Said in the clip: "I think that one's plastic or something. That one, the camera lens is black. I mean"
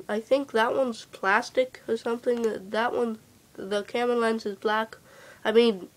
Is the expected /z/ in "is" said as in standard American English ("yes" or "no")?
yes